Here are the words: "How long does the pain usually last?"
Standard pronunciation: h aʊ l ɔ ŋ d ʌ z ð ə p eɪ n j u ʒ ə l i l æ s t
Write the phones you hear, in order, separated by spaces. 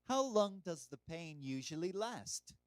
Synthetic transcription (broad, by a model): h aʊ l ɔ ŋ d ʌ z ð ə p eɪ n j u ʒ ə l i l æ s t